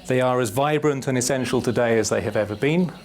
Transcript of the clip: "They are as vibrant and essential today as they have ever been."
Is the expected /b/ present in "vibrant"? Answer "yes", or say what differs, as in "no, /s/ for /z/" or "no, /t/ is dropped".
yes